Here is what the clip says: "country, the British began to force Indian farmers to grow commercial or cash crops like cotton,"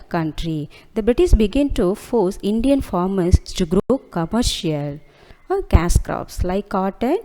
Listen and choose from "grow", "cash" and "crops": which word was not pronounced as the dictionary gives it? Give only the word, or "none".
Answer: cash